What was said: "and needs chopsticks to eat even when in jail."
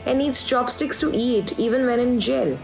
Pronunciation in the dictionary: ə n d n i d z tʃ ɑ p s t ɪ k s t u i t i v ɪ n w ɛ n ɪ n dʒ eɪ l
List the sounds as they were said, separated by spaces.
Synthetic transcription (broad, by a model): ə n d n i d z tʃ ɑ b s t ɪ k s t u i t i v ɪ n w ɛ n ɪ n dʒ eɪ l